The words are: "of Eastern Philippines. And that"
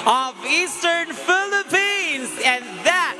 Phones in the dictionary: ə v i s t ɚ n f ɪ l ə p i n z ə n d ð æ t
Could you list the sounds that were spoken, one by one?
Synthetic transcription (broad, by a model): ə v i s t ɚ n f ɪ l ə p i n z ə n ð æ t